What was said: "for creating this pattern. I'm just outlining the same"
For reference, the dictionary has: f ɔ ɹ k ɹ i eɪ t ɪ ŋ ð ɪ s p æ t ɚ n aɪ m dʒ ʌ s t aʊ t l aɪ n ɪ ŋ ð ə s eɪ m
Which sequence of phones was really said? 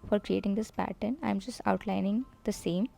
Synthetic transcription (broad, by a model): f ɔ ɹ k ɹ i eɪ t ɪ ŋ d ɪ s p æ t ɚ n aɪ m dʒ ʌ s t aʊ t l aɪ n ɪ ŋ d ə s eɪ m